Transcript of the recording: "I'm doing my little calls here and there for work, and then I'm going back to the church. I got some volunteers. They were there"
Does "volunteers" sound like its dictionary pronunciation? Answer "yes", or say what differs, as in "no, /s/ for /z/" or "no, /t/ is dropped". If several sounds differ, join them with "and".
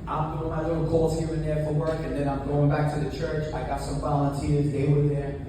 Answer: yes